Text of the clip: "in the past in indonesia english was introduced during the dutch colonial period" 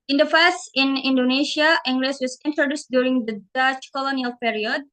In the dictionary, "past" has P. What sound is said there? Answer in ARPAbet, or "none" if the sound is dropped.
F